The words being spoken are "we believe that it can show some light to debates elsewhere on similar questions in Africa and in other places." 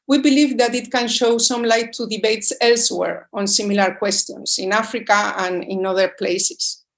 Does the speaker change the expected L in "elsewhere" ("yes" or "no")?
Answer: no